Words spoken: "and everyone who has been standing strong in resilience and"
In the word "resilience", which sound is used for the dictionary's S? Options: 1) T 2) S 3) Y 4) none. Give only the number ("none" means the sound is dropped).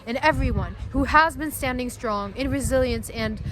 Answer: 2